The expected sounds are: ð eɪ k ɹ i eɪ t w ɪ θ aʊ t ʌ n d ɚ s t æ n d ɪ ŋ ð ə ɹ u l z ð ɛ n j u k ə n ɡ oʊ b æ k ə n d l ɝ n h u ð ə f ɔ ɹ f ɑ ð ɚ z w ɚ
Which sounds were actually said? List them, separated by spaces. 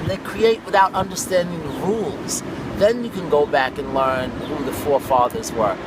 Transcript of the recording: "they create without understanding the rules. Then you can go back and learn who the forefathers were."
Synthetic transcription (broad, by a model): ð eɪ k ɹ i eɪ t w ɪ θ aʊ t ʌ n d ɚ s t æ n d ɪ ŋ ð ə ɹ u l z ð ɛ n j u k ə n ɡ oʊ b æ k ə n l ɝ n h u ð ə f ɔ ɹ f ɑ ð ɚ z w ɚ